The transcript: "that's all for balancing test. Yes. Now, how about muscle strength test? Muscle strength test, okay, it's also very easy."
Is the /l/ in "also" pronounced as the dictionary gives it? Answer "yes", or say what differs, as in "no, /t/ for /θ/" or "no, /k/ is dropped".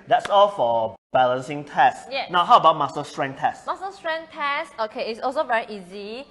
yes